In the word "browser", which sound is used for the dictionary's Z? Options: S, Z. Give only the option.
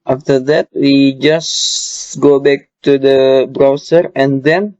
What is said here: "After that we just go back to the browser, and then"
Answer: S